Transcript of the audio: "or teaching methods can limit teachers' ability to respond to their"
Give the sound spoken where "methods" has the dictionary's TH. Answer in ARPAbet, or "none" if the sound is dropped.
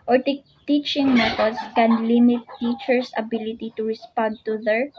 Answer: T